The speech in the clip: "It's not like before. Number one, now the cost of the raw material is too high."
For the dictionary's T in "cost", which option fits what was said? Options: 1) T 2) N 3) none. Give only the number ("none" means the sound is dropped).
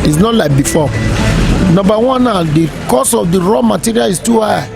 3